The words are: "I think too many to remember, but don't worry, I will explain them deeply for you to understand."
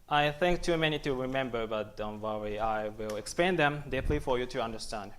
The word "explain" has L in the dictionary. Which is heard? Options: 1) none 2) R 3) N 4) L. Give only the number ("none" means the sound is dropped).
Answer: 1